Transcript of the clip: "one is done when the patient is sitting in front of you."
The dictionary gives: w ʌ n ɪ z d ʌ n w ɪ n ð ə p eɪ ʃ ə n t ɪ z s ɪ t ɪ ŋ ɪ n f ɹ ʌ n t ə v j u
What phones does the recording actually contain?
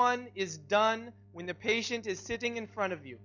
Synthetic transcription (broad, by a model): ʌ n ɪ z d ʌ n w ɪ n ð ə p eɪ ʃ ə n t ɪ z s ɪ t ɪ ŋ ɪ n f ɹ ʌ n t ə v j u